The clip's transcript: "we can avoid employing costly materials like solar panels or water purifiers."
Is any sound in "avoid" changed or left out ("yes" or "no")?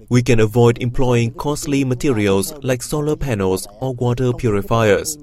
no